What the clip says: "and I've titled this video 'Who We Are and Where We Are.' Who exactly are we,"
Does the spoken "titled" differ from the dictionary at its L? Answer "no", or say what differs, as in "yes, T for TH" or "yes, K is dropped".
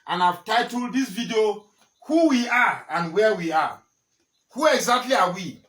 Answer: no